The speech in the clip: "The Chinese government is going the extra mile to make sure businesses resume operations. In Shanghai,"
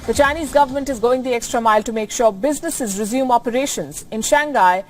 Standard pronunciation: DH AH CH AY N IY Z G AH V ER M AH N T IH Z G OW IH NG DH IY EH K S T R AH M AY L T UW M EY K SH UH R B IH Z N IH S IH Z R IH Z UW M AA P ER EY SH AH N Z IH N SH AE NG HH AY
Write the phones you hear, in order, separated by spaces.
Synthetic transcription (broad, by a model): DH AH CH AY N IY Z G AH V ER M AH N T IH Z G OW IH NG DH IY EH K S T R AH M AY L T UW M EY K SH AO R B IH Z N IH S IH Z R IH Z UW M AA P ER EY SH AH N Z IH N SH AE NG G AY